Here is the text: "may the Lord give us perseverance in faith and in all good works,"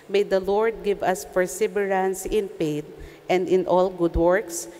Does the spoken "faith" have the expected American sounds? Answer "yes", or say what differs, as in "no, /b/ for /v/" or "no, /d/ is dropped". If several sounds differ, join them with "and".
no, /p/ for /f/